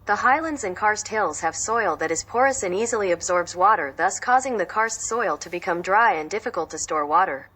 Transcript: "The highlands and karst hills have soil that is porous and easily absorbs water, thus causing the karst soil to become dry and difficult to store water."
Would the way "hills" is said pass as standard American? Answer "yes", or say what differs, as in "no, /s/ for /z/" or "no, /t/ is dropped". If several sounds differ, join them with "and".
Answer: yes